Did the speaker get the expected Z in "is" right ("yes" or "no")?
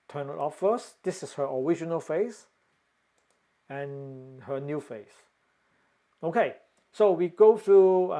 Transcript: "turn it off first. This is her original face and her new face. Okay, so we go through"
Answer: no